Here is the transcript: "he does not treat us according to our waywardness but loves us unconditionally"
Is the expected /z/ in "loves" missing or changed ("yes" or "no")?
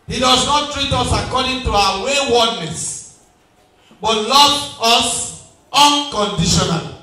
yes